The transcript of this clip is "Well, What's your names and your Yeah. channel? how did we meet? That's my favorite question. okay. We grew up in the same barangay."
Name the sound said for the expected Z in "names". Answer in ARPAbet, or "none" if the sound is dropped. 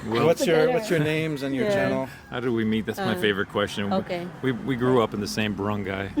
Z